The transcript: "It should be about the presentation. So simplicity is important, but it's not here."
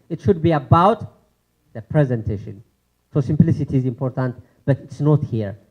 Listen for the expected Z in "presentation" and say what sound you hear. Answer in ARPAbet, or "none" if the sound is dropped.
Z